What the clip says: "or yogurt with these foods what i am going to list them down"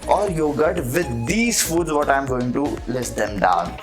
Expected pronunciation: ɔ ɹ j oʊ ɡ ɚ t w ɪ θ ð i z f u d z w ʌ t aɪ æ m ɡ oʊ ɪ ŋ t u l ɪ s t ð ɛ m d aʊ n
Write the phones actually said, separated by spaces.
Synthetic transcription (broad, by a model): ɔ ɹ j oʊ ɡ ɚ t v ɪ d i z f u d z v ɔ t aɪ m ɡ oʊ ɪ ŋ t u l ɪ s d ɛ m d aʊ n